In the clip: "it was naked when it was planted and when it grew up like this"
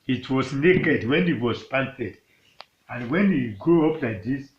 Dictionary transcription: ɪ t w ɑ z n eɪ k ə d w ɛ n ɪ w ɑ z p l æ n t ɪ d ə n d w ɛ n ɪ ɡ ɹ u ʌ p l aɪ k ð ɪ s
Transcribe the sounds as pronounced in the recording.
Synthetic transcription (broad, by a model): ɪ t w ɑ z n eɪ k ə d w ɛ n ɪ w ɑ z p ɑ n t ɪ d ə n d w ɛ n ɪ ɡ ɹ u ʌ p l aɪ k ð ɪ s